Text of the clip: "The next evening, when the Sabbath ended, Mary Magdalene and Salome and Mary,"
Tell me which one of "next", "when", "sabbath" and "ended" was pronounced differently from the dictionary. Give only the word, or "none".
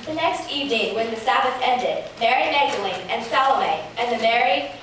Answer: sabbath